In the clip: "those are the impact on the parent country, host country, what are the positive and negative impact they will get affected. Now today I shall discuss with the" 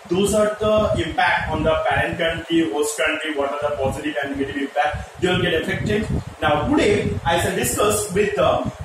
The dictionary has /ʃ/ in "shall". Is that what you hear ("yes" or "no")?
no